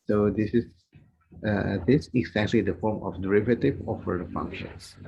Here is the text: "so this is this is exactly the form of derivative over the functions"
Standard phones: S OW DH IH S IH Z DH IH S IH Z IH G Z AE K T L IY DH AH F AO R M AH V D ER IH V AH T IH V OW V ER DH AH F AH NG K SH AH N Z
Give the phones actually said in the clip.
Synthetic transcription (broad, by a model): S OW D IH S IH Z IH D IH S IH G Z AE K T L IY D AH F AO R M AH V D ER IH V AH T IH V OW F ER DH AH F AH NG K SH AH N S